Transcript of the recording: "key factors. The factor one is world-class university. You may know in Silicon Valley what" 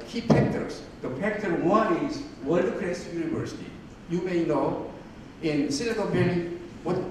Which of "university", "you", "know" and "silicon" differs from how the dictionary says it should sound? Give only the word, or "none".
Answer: silicon